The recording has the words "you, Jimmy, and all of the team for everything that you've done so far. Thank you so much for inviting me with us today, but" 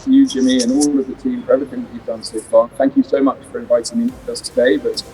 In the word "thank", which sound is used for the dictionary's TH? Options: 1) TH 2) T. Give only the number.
1